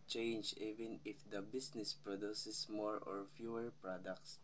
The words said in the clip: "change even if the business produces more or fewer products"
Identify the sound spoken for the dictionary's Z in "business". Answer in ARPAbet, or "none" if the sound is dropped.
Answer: S